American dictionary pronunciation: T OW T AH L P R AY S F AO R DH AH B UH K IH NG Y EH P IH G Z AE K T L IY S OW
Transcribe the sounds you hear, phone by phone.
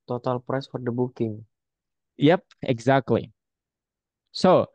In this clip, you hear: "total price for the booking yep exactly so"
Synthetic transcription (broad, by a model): T OW T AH L P R AY S F AO R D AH B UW K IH NG Y EH P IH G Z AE K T L IY S OW